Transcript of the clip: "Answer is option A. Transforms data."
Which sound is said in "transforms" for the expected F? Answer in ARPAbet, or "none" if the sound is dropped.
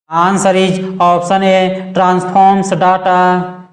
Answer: P